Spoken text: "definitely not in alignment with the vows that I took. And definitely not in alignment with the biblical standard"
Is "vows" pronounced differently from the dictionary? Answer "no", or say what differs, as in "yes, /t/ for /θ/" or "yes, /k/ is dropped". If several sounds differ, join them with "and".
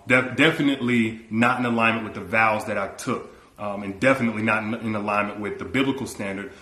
no